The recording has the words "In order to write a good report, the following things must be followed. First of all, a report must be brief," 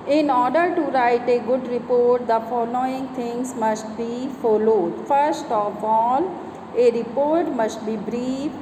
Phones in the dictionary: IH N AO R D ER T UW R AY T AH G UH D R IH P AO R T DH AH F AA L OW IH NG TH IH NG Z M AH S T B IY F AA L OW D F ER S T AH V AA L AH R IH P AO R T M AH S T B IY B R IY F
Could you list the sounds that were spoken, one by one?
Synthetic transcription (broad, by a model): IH N AO R D ER T UW R AY T AH G UH D R IH P AO R T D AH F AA L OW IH NG T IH NG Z M AH S T B IY F AA L OW D F ER S T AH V AA L AH R IH P AO R T M AH S T B IY B R IY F